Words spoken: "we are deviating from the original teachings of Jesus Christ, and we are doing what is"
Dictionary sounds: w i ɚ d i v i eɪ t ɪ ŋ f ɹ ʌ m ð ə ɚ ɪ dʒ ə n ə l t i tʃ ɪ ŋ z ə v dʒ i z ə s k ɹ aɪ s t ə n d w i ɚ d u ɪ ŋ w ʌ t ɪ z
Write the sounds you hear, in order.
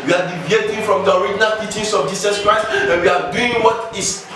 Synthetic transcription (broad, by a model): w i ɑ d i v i eɪ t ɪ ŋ f ɹ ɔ m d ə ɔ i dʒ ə n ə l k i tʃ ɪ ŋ s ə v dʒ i s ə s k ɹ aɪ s ə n w i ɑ d u ɪ ŋ w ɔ t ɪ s